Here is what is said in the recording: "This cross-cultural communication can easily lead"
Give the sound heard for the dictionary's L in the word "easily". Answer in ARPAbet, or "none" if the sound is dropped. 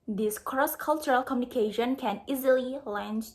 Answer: L